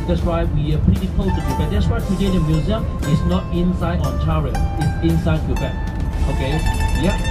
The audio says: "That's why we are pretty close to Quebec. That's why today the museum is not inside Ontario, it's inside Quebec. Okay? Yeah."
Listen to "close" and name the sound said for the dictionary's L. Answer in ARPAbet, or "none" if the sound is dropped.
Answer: none